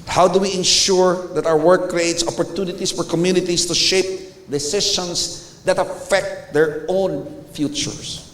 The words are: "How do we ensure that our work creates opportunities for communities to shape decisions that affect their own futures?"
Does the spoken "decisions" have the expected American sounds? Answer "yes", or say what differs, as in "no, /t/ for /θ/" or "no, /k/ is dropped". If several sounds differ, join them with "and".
no, /ʃ/ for /ʒ/